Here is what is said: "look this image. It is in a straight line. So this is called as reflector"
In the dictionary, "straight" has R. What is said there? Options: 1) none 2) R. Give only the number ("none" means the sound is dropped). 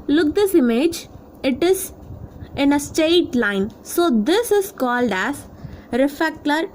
1